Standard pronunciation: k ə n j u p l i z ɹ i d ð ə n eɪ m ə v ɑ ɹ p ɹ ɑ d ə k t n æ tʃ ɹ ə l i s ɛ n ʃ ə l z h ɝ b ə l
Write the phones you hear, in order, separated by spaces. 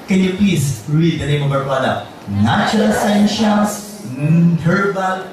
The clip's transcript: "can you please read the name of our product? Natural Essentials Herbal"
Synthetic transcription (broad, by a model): k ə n j u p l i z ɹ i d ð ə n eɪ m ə b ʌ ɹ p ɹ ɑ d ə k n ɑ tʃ ə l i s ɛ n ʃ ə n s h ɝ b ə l